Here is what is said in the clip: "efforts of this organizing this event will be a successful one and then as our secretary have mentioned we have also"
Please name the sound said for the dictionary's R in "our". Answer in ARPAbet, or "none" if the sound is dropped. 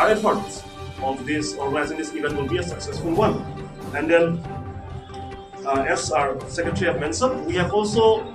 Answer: R